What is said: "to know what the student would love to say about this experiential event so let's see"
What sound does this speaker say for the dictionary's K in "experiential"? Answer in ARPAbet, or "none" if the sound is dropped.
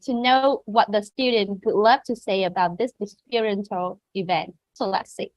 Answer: none